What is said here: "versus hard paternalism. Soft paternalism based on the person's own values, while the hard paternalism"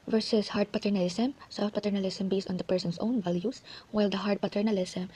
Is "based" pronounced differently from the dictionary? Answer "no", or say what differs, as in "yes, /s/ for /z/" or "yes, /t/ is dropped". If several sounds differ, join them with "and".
yes, /t/ is dropped